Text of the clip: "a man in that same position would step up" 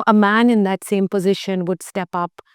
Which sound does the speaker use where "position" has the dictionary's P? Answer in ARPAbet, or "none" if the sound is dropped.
P